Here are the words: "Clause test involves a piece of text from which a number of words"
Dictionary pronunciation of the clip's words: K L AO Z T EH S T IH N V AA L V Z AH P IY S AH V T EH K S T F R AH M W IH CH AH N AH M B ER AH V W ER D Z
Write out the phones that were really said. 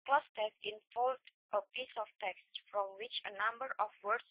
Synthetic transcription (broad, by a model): K L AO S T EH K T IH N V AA L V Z AH P IY S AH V T EH K S T F R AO M W IH CH AH N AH M B ER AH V W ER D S